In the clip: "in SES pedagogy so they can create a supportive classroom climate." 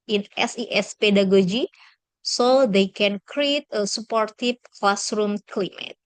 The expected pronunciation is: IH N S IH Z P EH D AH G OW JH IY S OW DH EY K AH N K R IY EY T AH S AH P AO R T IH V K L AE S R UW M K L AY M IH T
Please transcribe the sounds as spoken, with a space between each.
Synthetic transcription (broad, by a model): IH N S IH S P EH D AH G OW JH IY S OW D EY K AH N K R IY EY T AH S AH P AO R T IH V K L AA S R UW M K L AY M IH T